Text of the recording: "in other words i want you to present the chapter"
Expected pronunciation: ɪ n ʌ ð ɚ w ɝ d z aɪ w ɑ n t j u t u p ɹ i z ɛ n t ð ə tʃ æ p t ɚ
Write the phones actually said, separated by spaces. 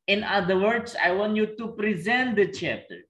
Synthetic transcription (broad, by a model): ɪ n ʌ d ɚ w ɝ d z aɪ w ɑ n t j u t u p ɹ i z ɛ n t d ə tʃ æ p t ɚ